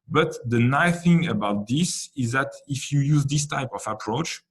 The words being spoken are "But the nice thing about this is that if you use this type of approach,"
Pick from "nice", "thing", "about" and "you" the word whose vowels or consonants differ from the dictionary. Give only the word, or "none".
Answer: nice